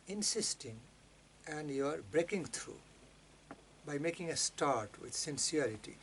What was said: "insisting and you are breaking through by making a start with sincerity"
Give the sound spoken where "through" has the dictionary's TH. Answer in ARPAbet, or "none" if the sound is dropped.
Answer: T